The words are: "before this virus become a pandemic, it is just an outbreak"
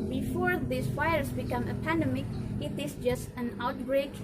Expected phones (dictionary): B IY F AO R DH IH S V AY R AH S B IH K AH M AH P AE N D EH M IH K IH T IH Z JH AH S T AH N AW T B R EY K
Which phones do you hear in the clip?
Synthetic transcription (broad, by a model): B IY F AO R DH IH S F AY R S B IH K AH M AH P AE N D EH M IH K IH T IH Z JH AH S T AH N AW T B R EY K